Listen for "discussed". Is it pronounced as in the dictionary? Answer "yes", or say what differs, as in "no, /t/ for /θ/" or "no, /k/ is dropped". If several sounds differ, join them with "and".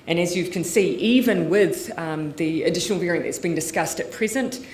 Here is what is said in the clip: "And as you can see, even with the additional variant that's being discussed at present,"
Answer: yes